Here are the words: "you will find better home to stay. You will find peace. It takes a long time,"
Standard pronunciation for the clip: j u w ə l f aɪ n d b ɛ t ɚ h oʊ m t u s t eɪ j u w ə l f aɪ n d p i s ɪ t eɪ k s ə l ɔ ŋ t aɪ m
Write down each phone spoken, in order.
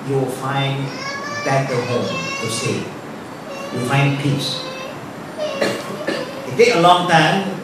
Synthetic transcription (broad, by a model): j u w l f aɪ n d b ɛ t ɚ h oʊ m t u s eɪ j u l f aɪ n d p i s ɪ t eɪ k ə l ɔ ŋ t aɪ m